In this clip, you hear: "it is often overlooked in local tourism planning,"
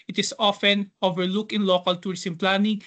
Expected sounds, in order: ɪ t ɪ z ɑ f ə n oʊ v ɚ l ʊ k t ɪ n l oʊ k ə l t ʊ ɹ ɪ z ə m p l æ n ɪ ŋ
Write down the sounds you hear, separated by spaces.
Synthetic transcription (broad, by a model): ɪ t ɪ s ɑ f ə n oʊ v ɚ l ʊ k ɪ n l oʊ k ə l t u ɹ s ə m p l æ n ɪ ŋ